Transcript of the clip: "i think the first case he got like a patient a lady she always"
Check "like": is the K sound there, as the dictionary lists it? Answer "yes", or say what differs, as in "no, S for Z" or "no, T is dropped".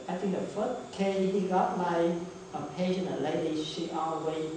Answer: no, K is dropped